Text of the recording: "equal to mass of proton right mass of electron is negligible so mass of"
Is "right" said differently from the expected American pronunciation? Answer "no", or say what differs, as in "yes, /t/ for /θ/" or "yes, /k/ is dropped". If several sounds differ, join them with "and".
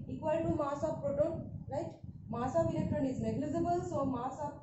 yes, /l/ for /ɹ/